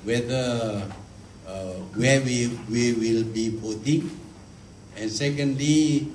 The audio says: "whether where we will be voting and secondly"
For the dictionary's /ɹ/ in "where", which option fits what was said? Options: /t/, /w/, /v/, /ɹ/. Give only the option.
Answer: /w/